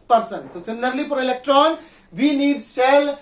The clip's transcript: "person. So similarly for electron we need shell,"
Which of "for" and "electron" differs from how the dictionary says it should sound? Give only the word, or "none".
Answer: for